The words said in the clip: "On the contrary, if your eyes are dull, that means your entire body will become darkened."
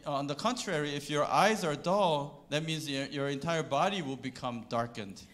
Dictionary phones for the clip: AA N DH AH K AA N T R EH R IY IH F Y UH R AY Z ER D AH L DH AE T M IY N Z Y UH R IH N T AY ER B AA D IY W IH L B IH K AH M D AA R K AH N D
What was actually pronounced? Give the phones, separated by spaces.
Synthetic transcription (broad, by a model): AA N DH AH K AA N T R EH R IY IH F Y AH R AY Z ER D AH L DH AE T M IY N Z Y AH R IH N T AY ER B AA D IY W IH L B IH K AH M D AA R K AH N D